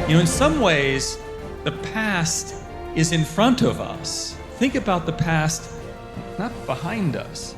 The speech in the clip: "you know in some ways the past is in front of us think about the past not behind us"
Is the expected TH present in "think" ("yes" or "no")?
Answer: yes